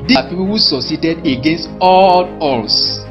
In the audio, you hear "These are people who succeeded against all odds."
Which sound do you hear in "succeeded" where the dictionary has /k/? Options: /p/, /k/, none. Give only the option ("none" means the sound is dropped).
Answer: none